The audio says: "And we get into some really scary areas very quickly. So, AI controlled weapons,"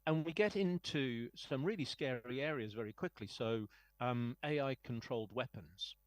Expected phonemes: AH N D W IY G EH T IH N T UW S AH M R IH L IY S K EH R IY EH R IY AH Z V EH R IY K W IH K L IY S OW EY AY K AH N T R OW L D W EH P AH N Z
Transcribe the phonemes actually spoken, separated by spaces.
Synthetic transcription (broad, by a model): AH N W IY G EH T IH N T UW S AH M R IH L IY S K EH R IY EH R IY AH Z V EH R IY K W IH K L IY S OW EY AY K AH N T R OW L D W EH P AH N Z